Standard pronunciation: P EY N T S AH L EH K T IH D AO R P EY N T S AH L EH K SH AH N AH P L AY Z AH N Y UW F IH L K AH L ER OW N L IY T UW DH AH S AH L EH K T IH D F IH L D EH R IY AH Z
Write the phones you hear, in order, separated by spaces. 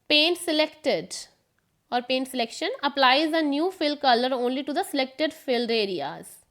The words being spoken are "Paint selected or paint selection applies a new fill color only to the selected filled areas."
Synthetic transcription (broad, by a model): P EY N T S AH L EH K T IH D AO R P EY N T S AH L EH K SH AH N AH P L AY Z AH N Y UW F IH L K AH L ER OW N L IY T UW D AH S AH L EH K T IH D F IH L D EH R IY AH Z